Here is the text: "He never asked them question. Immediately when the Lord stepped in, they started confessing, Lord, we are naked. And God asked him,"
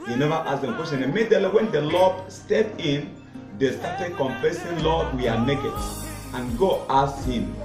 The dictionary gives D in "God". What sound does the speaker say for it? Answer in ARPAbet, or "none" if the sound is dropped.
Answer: none